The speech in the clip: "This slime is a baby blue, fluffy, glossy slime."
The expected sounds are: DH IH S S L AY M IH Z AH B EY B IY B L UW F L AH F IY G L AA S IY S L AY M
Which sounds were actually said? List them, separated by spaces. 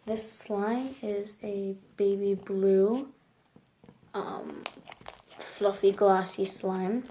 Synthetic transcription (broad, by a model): DH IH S S L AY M IH Z AH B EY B IY B L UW F L AH F IY G L AA S IY S L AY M